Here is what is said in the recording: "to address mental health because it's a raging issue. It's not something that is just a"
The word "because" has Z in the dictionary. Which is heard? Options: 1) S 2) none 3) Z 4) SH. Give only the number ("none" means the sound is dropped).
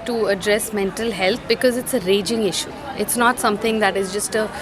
3